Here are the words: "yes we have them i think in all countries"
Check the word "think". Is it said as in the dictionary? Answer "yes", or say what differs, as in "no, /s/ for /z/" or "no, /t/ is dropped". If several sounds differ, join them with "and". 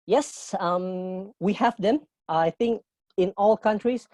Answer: yes